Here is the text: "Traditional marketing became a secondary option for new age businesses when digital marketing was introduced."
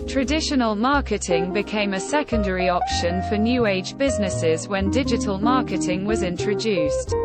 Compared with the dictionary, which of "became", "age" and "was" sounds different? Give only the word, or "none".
none